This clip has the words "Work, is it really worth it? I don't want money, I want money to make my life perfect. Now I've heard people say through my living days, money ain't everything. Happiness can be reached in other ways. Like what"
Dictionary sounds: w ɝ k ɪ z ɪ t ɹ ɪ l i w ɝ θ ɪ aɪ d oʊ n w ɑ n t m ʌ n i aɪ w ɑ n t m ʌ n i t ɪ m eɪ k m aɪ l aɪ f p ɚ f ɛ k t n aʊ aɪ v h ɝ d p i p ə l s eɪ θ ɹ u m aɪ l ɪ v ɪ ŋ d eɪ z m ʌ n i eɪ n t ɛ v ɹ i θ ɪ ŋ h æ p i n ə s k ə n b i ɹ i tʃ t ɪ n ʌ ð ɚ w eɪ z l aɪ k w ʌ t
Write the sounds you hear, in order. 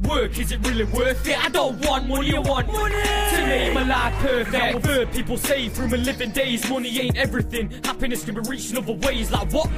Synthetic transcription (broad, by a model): w ɝ k ɪ z ɪ t ɹ ɪ l i w ɝ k ɪ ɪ d oʊ n w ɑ n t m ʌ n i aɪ w ɑ n t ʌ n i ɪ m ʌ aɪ l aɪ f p ɚ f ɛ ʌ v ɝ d p i p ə l s eɪ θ ɹ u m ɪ l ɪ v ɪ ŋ d eɪ z m ʌ n i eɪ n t ɛ v ɹ i θ ɪ ŋ h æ p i n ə s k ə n b i ɹ i tʃ ɪ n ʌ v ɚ w eɪ z l aɪ k w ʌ t